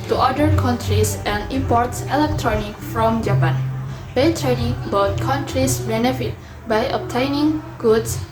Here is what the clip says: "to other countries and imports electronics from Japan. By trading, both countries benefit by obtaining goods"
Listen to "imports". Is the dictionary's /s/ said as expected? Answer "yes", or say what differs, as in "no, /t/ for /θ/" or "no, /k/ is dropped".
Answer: yes